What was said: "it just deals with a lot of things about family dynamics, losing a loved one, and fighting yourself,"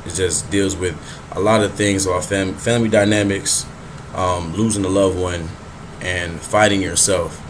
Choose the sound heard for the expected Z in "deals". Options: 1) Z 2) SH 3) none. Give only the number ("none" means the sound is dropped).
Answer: 1